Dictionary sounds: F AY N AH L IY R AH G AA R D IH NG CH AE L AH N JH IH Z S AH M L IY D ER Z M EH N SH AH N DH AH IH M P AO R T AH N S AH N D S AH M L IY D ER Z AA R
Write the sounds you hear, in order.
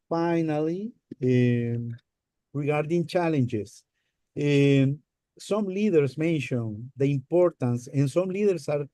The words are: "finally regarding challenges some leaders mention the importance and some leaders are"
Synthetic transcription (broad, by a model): F AY N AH L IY R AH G AA R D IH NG CH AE L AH N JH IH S S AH M L IY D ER S M EH N SH AH N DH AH IH M P AO R T AH N S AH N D S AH M L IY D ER S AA R